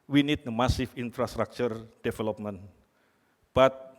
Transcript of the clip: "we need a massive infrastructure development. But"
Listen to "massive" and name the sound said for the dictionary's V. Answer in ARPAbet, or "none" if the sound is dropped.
F